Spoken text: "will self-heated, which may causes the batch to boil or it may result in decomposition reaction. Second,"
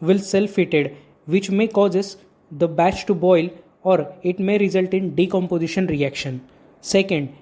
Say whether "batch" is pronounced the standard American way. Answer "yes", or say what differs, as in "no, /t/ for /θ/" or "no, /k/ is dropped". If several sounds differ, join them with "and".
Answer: yes